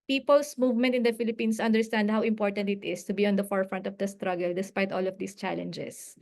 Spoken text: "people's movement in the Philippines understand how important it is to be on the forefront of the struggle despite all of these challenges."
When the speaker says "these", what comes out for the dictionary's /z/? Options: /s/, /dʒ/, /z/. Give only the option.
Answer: /s/